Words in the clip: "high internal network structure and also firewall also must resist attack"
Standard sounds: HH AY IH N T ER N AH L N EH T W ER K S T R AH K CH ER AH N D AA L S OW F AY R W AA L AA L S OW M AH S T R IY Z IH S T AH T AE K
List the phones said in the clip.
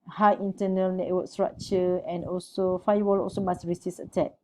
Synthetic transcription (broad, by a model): HH AY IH N T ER N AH L N EH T W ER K S T R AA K CH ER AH N AA L S OW F AY W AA L AA L S OW M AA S R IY S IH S AH T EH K